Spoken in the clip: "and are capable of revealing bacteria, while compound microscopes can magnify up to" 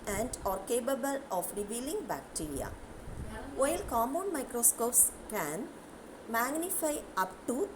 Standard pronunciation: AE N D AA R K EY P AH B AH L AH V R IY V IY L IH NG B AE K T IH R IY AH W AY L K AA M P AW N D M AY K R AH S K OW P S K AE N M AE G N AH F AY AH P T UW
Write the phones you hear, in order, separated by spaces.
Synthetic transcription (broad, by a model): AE N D AA R K EY P AH B AH L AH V R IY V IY L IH NG B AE K T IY R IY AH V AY L K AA M AO N M AY K R AH S K OW P S K AE N M AE G N AH F AY AH P T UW